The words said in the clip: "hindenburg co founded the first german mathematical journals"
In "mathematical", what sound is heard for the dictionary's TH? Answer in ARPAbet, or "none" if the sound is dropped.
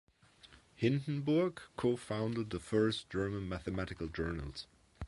TH